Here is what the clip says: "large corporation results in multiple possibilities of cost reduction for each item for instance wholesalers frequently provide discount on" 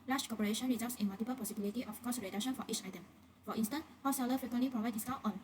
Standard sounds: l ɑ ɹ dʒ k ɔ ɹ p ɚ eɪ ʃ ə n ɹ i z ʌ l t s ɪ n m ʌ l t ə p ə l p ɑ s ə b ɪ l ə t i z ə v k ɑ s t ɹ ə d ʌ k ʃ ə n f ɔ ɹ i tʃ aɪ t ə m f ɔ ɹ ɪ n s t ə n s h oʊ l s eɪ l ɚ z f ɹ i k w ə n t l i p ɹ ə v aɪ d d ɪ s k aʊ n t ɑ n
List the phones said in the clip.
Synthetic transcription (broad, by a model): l ɑ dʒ k ɔ p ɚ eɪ ʃ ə n ɹ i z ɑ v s ɪ n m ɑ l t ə p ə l p ɑ s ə b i l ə t i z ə f k ɑ s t ɹ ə d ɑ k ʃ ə n f ɔ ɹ i tʃ aɪ t ə m f ɔ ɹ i n s t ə n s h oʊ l s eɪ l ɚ f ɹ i k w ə n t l i p ɹ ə v aɪ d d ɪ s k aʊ t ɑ n